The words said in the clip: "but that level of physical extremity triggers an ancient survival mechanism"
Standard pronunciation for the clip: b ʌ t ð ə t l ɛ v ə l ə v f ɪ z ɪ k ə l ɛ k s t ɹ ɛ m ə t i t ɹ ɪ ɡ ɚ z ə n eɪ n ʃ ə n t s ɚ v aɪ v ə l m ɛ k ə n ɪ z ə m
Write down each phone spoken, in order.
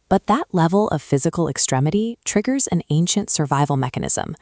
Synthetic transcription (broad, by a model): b ʌ t ð ə t l ɛ v l ə v f ɪ z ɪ k l ɛ k s t ɹ ɛ m ə t i t ɹ ɪ ɡ ɚ z ə n eɪ n ʃ ə n t s ɚ v aɪ v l m ɛ k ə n ɪ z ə m